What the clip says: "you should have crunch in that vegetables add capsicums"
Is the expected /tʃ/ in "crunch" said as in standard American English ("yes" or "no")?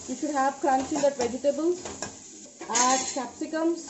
no